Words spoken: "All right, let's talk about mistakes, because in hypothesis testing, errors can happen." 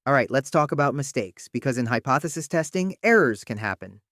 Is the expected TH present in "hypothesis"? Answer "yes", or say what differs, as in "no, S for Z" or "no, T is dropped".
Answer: yes